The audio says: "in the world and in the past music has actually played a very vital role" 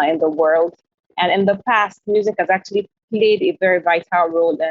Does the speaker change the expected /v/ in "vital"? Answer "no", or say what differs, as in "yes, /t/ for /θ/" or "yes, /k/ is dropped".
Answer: no